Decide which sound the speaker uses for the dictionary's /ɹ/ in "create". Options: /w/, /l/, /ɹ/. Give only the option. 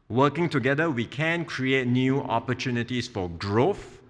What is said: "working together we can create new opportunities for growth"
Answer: /ɹ/